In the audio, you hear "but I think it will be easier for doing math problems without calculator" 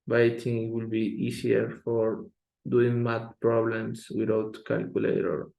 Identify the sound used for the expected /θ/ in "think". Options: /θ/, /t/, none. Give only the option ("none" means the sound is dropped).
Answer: /t/